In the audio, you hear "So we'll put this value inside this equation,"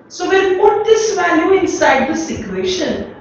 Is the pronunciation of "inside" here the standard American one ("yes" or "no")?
yes